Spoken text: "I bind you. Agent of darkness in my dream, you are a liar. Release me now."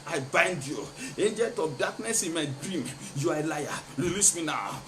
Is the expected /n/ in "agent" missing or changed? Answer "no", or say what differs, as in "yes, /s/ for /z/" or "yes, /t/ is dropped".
yes, /n/ is dropped